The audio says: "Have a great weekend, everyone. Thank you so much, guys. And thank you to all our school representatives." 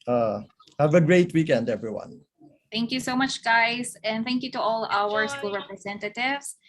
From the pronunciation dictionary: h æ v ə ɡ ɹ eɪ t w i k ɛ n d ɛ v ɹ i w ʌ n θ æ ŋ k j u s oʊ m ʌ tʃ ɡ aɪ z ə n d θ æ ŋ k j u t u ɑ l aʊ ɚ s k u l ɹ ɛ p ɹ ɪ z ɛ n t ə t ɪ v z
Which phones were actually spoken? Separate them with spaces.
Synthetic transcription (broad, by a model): h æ v ə ɡ ɹ eɪ t w i k ɛ n d ɛ v ɹ i w ʌ n θ æ ŋ k j u s oʊ m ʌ tʃ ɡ aɪ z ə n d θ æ ŋ k j u t u ɑ l aʊ ɚ s k u l ɹ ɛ p ɹ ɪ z ɛ n t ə t ɪ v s